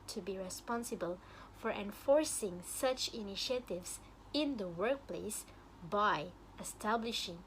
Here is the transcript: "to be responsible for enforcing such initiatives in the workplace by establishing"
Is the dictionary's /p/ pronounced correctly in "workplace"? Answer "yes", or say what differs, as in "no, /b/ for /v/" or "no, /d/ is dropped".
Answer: yes